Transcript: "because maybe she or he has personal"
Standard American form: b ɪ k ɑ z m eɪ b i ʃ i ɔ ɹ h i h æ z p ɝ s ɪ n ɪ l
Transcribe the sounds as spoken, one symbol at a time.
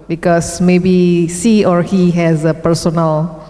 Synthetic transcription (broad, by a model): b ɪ k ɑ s m eɪ b i s i ɔ ɹ h i h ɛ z p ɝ s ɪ n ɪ l